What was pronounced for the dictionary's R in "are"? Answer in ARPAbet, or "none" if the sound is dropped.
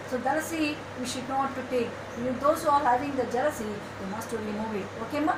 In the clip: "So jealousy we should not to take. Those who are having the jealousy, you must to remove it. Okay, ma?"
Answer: L